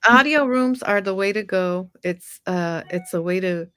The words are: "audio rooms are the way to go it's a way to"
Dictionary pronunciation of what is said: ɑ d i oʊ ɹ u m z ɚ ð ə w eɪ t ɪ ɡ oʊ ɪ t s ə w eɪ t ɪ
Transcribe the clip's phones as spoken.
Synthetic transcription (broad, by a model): ɑ d i oʊ ɹ u m z ɚ ð ə w eɪ t ɪ ɡ oʊ ɪ t s ə w eɪ t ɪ